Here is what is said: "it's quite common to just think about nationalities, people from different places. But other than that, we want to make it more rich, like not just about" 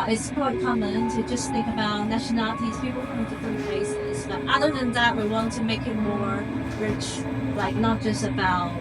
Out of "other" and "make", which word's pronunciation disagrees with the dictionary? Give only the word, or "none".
none